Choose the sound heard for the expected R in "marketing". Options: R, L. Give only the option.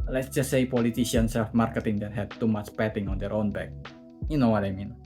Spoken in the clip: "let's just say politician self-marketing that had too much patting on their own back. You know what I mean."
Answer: R